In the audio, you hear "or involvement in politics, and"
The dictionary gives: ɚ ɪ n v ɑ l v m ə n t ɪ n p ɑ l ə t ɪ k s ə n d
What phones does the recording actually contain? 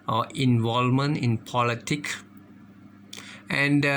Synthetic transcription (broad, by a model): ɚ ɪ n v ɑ l m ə n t ɪ n p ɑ l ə t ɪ k ə n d